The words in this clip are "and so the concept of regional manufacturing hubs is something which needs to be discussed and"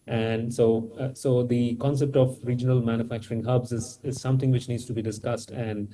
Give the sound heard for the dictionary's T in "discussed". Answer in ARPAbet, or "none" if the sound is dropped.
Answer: T